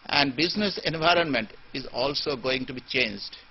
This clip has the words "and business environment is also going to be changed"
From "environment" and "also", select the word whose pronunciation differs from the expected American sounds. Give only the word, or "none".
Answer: none